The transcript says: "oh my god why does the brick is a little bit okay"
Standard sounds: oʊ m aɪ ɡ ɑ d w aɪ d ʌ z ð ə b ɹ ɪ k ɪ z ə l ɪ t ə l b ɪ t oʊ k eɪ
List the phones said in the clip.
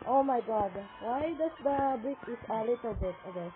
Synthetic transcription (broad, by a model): oʊ m aɪ ɡ ɑ d w aɪ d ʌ s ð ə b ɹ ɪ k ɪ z ə l ɪ t ə l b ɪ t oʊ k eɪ